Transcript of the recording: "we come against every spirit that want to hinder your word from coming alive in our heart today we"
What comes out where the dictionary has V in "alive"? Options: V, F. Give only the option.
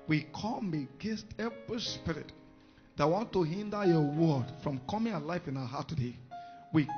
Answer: F